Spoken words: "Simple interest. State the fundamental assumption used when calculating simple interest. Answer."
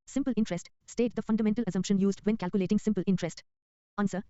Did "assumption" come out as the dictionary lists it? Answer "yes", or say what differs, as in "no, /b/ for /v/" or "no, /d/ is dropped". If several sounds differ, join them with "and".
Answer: yes